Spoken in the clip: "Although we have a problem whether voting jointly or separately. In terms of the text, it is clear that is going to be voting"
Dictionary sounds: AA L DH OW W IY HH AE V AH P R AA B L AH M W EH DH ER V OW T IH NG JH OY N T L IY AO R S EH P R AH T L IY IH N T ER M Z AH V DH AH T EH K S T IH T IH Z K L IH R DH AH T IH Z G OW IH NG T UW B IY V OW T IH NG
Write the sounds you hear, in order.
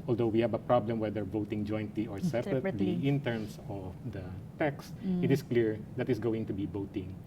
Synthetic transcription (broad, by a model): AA L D OW W IY HH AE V AH P R AA B L AH M W EH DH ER V OW T IH NG JH OY N T L IY AO R S EH P R AH T L IY IH N T ER M S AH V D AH T EH K S T IH T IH S K L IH R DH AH T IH S G OW IH NG T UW B IY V OW T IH NG